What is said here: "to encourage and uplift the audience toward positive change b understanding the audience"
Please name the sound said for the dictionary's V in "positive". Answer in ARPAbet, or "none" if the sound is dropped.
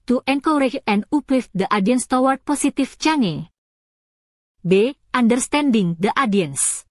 F